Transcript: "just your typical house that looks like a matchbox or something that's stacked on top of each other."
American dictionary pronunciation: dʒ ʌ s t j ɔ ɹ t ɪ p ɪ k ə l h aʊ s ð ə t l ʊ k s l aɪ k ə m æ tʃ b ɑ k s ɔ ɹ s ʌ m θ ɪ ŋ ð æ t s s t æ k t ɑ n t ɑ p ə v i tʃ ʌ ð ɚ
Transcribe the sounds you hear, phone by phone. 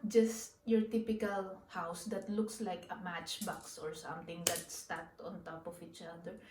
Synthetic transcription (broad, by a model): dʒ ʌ s t j ɔ ɹ t ɪ p ɪ k ə l h aʊ s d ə t l ʊ k s l aɪ k ə m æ tʃ b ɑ k s ɔ ɹ s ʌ m t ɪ ŋ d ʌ t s s t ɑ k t ɑ n t ɑ p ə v i tʃ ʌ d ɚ